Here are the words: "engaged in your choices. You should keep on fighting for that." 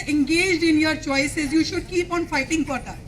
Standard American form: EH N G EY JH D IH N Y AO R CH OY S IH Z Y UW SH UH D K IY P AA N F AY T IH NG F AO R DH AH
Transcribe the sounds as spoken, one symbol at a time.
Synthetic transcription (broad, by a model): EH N G EY JH D IH N Y AO R CH OY S IH Z Y UW SH UH D K IY P AA N F AY T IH NG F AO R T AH